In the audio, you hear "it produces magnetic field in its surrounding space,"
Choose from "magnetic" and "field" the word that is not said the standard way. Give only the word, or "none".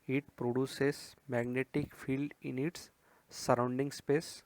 none